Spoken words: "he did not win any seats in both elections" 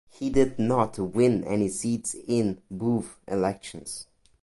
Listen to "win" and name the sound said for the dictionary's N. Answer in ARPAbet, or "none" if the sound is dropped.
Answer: N